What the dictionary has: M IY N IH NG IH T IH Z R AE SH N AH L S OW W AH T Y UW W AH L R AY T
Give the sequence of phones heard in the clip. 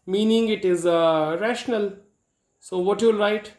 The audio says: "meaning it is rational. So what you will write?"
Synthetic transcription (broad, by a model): M IY N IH NG IH T IH Z R AE SH N AH L S OW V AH T Y UW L R AY T